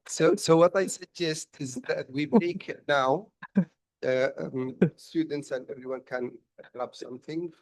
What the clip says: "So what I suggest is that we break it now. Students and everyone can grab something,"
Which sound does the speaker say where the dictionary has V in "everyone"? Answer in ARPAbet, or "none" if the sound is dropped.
V